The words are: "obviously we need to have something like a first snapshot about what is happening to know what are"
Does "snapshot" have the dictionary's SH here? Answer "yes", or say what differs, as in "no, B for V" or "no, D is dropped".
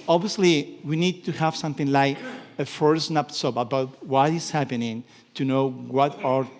no, S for SH